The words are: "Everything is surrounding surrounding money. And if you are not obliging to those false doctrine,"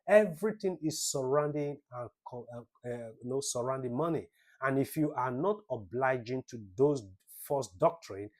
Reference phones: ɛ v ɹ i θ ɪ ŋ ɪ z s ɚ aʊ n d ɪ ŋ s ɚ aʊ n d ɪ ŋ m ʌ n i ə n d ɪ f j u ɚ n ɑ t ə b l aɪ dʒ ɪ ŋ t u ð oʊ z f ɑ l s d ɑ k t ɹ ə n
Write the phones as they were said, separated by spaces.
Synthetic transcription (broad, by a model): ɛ v ɹ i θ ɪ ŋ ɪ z s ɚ aʊ n d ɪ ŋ s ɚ aʊ n d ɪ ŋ m ʌ n i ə n ɪ f j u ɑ n ɑ t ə b l aɪ dʒ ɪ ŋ t u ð oʊ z f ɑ s d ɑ k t ɹ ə n